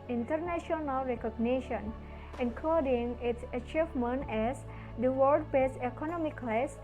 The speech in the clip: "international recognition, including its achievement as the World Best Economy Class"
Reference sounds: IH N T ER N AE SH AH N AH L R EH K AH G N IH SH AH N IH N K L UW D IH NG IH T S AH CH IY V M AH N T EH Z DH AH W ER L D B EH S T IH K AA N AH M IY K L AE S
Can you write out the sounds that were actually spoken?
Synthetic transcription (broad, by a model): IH N T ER N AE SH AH N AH L R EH K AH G N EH SH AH N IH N K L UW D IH NG IH T S AH CH IY V M AH N T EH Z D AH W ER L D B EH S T IH K AA N AH M IY K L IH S